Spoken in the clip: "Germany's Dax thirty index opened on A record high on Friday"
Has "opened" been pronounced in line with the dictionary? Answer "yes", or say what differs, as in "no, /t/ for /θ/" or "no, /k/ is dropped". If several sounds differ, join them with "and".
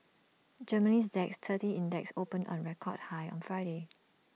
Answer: no, /d/ is dropped